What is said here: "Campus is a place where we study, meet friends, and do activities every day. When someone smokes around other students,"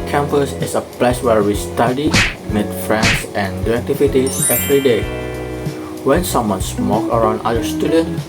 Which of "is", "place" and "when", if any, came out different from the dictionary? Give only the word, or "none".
is